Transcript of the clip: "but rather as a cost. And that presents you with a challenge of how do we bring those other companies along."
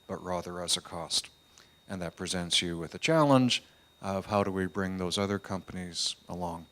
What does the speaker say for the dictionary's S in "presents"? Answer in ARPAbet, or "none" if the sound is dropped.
S